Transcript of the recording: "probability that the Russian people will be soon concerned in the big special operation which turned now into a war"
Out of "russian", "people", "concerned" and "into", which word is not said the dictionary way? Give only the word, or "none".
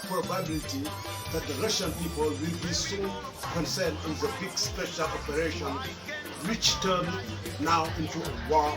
concerned